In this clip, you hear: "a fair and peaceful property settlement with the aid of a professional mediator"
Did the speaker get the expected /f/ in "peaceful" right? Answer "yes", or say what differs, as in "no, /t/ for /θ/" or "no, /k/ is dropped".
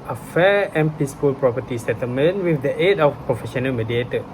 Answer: no, /p/ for /f/